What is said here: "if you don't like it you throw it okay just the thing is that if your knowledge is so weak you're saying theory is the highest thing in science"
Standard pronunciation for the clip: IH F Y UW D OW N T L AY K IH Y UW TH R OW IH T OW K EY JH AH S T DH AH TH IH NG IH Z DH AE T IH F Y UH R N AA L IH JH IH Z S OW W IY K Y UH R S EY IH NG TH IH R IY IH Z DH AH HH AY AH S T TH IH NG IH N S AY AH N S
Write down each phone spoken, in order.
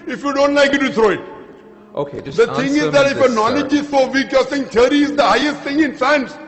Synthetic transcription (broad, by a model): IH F Y UW D OW N T L AY K IH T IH T R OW IH T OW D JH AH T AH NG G IH Z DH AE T IH F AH N AA L IH JH IH Z S OW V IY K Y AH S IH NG T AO R IY IH Z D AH HH AY AH S T T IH NG IH N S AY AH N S